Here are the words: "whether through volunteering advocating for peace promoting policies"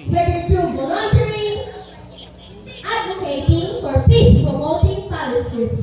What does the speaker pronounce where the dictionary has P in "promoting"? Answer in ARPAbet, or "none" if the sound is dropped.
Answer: F